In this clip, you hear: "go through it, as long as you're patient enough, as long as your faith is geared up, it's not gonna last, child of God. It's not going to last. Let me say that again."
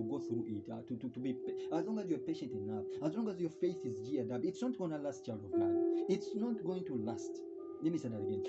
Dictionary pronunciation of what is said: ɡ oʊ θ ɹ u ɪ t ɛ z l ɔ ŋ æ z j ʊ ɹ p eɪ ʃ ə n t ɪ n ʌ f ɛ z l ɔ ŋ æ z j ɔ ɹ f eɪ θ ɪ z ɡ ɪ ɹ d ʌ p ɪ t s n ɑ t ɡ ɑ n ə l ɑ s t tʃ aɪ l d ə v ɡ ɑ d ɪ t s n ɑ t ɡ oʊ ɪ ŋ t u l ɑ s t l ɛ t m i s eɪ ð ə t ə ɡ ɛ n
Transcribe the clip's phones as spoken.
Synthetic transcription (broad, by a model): ɡ oʊ θ ɹ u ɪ t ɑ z l ɔ ŋ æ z j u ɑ p eɪ ʃ ə n t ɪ n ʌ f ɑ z l ɔ ŋ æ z j ɔ ɹ f eɪ θ ɪ z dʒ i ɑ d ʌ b ɪ t s n ɑ t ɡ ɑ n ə l ɑ s t tʃ aɪ l d ə v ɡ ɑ ɪ t s n ɑ t ɡ oʊ ɪ ŋ t u l ɑ s t l ɛ t m i s eɪ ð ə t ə ɡ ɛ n